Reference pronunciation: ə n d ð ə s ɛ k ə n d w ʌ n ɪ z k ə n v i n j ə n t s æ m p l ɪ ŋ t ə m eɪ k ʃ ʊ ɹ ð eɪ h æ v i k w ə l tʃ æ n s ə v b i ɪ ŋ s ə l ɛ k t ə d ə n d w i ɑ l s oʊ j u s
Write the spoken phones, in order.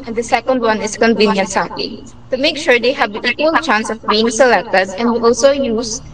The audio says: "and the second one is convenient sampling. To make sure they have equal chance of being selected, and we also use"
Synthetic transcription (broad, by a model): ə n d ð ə s ɛ k ə n d w ʌ n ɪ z k ə n v i n j ə n t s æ p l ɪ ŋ t ə m eɪ k ʃ ʊ ɹ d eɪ h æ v i k w ə l tʃ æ n s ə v b i ɪ ŋ s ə l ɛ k t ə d ə n d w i ɑ l s oʊ j u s